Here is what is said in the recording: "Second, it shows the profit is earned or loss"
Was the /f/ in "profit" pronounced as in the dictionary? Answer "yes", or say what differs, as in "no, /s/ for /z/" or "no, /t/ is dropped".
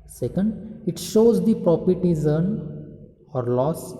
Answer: no, /p/ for /f/